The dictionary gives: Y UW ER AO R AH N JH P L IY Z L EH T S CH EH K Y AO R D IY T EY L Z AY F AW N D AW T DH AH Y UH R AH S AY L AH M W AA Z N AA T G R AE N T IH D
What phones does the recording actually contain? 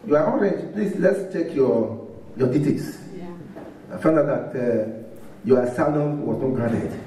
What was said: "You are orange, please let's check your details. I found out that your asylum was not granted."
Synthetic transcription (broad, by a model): Y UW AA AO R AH JH P L IY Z L EH T S CH EH K Y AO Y D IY T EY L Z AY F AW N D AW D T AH Y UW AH S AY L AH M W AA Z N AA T G R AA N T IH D